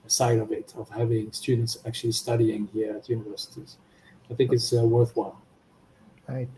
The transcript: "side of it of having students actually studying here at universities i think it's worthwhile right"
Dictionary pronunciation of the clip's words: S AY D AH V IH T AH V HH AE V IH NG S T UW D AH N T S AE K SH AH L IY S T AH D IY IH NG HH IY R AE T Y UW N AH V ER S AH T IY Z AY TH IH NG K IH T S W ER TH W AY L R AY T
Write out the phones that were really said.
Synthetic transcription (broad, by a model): S AY D AH V IH T AH V HH AE V IH NG S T UW D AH N T S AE K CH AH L IY S T AH D IY IH NG HH IY R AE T Y UW N AH V ER S AH T IY Z AY TH IH NG K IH T S W ER TH W AY L